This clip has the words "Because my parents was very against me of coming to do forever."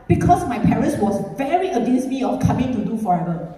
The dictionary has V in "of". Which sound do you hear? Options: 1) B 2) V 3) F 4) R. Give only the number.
3